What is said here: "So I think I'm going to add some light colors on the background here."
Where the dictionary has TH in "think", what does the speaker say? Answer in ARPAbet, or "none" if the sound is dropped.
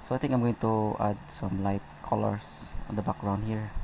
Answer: T